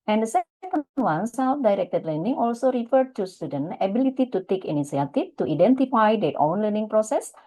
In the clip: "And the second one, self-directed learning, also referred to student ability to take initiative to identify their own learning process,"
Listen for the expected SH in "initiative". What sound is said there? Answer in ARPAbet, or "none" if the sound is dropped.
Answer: S